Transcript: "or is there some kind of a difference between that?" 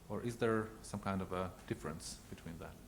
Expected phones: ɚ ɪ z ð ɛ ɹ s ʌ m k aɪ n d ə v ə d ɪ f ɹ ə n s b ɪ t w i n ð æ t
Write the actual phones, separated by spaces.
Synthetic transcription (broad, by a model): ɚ ɪ z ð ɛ ɹ s ʌ m k aɪ n d ə v ə d ɪ f ɹ ə n s b ɪ t w i n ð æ t